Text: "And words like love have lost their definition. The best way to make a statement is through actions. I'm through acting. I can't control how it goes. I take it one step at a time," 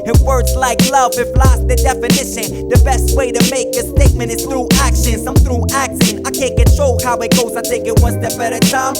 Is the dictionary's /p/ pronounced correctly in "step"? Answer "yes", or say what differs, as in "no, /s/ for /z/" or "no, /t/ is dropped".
no, /b/ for /p/